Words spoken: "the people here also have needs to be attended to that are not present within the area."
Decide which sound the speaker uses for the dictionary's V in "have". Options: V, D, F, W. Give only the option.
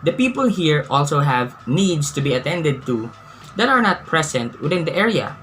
V